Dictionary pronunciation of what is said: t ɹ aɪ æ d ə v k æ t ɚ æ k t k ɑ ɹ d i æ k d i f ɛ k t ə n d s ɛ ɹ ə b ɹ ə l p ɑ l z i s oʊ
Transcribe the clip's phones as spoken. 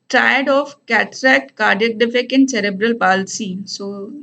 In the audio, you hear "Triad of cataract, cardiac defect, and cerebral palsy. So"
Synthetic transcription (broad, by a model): t ɹ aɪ d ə f k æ t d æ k t k ɑ ɹ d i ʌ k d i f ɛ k ə n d s ɛ ɹ ə b ɹ ə l p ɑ l s i s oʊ